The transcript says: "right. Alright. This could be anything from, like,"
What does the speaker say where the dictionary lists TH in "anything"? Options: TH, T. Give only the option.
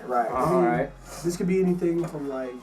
TH